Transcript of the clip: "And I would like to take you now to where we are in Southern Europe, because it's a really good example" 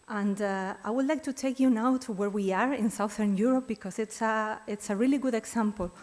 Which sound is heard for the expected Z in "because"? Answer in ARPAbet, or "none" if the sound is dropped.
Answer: S